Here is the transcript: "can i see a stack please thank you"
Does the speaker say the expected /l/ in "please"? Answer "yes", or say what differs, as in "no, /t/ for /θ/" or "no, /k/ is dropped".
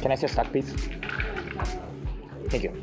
no, /l/ is dropped